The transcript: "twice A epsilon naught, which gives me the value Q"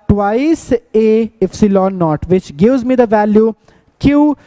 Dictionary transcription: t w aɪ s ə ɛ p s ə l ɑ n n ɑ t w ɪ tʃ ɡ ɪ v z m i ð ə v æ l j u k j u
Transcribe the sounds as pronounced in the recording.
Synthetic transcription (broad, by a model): t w aɪ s ə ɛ f s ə l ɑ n n ɑ t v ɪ tʃ ɡ ɪ v z m i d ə v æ l j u k j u